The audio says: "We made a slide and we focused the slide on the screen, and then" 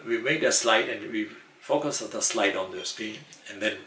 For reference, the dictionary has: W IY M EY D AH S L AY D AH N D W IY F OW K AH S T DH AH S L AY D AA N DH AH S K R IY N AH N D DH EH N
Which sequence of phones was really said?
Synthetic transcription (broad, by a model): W IY M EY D AH S L AY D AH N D W IY F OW K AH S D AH S L AY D AA N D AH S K IY AH N D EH N